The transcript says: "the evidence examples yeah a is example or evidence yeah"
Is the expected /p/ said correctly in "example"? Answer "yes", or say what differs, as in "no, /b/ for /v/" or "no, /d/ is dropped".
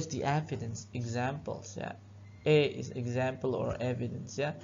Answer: yes